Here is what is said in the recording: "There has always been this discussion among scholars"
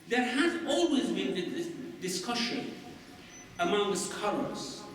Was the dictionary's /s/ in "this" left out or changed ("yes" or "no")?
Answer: yes